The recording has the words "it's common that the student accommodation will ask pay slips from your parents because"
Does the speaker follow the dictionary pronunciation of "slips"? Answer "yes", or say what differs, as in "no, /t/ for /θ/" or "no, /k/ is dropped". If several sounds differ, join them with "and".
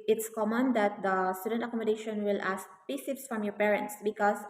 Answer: no, /l/ is dropped